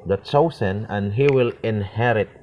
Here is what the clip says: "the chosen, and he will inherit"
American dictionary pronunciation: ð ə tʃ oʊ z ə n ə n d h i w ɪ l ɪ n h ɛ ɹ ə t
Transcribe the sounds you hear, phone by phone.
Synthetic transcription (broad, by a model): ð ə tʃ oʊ s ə n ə n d h i w ɪ l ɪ n h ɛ ɹ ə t